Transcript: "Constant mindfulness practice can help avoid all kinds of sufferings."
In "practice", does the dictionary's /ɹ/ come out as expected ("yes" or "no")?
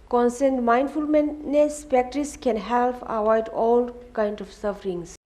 no